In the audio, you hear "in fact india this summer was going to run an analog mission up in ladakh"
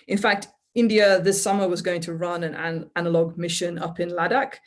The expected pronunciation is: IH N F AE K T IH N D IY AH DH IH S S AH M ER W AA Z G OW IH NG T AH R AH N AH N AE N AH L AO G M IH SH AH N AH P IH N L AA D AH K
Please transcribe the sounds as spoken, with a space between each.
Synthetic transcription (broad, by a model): IH N F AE K T IH N D IY AH DH IH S S AH M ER W AA Z G OW IH NG T AH R AH N AH N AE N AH L AO G M IH SH AH N AH P IH N L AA D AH K